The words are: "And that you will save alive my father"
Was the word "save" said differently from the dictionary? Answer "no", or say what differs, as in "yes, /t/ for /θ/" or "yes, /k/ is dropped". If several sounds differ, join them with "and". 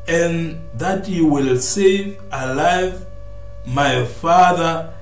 no